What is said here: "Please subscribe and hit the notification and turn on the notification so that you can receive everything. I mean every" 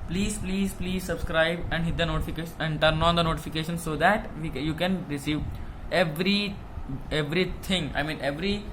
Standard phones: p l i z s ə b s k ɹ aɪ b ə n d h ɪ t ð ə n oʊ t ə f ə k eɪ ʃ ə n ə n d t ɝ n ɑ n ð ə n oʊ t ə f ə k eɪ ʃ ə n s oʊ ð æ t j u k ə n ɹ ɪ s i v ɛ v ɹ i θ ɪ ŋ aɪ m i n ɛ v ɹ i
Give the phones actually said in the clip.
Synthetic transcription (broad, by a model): p l i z s ə b s k ɹ aɪ b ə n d h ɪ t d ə n oʊ t ə f ə k eɪ ʃ ə n ə n d t ɝ n ɑ n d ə n oʊ t ə f ə k eɪ ʃ ə n s oʊ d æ t j u k ə n ɹ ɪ s i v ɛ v ɹ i t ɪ ŋ aɪ m i n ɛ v ɹ i